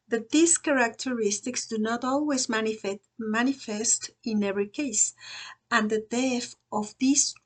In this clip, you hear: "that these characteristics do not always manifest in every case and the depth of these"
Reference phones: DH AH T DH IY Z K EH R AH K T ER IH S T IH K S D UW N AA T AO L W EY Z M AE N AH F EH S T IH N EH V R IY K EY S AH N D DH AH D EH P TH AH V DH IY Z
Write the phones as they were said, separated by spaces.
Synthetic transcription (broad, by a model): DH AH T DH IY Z K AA R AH K T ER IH S T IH K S D UW N AA T AO L W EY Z M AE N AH F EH S T IH N EH V R IY K EY S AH N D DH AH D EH TH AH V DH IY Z